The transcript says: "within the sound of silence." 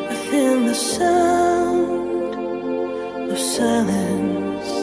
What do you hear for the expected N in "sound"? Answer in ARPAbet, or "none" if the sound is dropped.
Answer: none